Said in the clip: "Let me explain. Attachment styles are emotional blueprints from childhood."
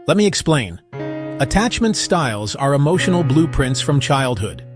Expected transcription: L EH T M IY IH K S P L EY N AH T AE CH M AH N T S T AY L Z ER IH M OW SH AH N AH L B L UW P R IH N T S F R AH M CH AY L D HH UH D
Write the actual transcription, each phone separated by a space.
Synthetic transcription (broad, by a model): L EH T M IY IH K S P L EY N AH T AE CH M AH N T S T AY L Z ER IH M OW SH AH N L B L UW P R IH N T S F R AH M CH AY L D HH UH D